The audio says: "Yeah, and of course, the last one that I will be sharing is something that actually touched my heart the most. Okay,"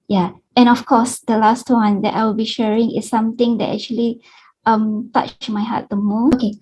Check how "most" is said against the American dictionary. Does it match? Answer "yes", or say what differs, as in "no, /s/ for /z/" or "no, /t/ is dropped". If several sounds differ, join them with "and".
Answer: no, /s/ is dropped